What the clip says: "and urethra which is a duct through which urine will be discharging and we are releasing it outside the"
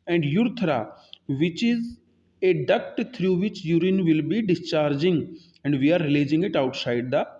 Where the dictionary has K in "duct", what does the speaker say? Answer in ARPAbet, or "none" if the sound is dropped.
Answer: K